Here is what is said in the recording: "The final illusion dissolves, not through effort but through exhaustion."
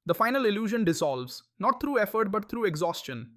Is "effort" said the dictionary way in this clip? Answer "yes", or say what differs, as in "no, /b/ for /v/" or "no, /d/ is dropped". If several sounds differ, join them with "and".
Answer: yes